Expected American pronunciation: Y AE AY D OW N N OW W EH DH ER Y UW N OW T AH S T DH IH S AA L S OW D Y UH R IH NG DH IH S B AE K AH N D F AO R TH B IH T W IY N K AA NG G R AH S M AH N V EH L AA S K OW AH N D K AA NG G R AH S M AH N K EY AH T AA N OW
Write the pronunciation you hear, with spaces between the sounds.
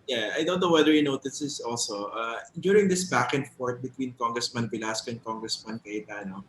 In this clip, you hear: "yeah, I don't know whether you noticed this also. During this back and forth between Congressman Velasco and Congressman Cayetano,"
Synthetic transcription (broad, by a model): Y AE AY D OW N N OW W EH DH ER Y UW N OW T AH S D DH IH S AA L S OW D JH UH R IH NG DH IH S B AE K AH N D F AO R T B IH T W IY N K AA NG G R AH S M AH N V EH L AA S K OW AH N K AA NG G R AH S M AH N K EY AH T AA N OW